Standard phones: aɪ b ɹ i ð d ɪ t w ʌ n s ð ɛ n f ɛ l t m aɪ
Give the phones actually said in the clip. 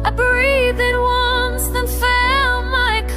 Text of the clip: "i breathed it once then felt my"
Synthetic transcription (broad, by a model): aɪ b ɹ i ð ɪ t w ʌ n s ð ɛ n f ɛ l m aɪ